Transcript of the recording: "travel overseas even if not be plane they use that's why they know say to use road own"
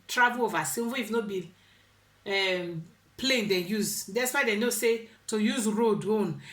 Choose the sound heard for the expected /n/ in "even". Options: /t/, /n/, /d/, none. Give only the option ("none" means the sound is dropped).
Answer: none